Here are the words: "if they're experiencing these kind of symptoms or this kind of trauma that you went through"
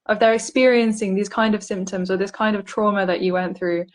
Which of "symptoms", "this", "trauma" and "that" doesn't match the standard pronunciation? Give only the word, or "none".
none